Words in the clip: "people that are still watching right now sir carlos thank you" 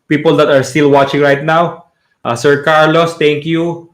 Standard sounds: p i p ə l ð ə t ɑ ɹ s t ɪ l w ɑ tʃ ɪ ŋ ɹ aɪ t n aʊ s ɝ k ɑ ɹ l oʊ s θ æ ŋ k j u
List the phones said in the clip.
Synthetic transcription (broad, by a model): p i p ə l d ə t ɑ ɹ s t ɪ l w ɑ tʃ ɪ ŋ ɹ aɪ t n aʊ s ɝ k ɑ ɹ l oʊ s t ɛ ŋ k j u